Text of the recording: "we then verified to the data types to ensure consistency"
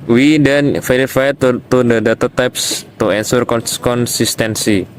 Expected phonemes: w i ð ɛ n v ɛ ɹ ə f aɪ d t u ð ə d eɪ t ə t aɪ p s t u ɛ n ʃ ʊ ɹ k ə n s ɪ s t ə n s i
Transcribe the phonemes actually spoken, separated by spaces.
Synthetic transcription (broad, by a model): w i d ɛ n f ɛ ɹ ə f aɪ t t u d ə d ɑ t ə t aɪ p s t u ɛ n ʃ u ɹ k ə n s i s t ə n s i